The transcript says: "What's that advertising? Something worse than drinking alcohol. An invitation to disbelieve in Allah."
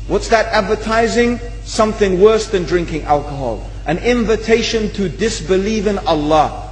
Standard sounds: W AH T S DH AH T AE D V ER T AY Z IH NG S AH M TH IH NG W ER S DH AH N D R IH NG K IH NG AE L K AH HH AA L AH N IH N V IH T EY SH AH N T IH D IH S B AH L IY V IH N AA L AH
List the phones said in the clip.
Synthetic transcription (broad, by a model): W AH T S DH AH T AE D V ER T AY Z IH NG S AH M TH IH NG W ER S DH AH N D R IH NG K IH NG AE L K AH HH AA L AH N IH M V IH T EY SH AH N T IH D IH S B AH L IY V IH N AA L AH